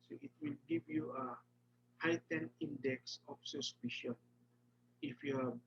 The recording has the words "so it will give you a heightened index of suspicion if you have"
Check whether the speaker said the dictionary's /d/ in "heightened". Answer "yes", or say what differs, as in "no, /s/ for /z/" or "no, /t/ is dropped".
no, /d/ is dropped